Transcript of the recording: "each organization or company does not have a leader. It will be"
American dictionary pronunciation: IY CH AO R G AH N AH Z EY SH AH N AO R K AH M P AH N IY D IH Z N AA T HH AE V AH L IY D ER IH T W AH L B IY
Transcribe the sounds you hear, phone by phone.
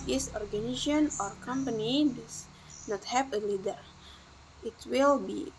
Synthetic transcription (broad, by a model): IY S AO R G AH N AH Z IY AH N AO R K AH M P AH N IY D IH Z N AA T HH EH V AH L IY D ER IH T W AH L B IY